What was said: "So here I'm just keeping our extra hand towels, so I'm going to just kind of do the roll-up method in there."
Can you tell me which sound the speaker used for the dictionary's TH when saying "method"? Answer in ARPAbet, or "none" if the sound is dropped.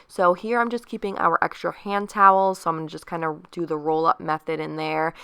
TH